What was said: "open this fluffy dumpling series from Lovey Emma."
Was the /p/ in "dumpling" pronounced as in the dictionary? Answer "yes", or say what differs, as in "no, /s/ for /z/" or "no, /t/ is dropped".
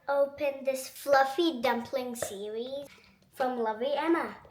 yes